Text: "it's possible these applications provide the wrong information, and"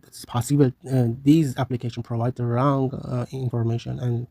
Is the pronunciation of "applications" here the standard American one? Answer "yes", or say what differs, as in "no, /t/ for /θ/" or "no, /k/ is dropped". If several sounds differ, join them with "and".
no, /z/ is dropped